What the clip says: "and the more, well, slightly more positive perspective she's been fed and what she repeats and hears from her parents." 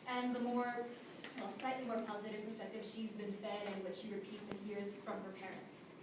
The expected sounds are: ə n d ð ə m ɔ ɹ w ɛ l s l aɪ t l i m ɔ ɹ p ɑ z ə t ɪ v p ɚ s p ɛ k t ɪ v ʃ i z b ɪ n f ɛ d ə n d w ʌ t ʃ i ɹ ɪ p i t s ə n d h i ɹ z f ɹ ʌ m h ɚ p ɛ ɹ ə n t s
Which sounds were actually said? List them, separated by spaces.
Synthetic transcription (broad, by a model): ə n ð ə m ɔ ɹ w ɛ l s l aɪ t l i m ɔ ɹ p ɑ z ə t ɪ v p ɚ s p ɛ k t ɪ v ʃ i z b ɪ n f ɛ d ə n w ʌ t ʃ i ɹ ɪ p i t s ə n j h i ɹ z f ɹ ʌ m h ɚ p ɛ ɹ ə n t s